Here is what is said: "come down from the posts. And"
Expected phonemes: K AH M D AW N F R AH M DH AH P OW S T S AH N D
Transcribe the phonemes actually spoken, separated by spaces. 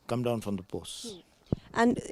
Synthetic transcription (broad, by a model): K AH M D AW N F R AH M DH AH B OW S T AH N